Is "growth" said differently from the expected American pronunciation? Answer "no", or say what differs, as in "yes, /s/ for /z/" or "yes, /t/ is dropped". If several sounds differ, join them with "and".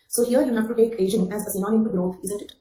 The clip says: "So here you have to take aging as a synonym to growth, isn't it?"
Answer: yes, /f/ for /θ/